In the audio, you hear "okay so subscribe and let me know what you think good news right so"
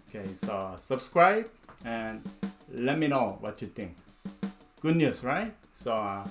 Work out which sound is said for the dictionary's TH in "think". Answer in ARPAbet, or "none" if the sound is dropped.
T